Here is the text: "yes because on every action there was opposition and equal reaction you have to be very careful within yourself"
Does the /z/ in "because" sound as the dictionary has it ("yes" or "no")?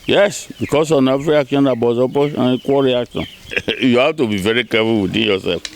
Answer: no